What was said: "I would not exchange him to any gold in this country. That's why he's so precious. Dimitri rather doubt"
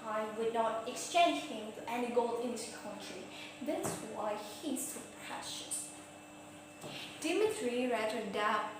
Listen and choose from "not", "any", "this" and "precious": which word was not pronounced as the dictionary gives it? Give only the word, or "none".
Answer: this